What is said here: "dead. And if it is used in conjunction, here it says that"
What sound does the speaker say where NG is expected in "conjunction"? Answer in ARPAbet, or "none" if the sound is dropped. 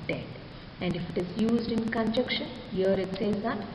none